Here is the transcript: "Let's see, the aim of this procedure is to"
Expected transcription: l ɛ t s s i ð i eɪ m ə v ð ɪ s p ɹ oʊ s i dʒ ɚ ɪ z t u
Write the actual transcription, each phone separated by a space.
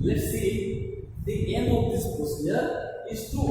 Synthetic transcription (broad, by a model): l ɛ t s s i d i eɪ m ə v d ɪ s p oʊ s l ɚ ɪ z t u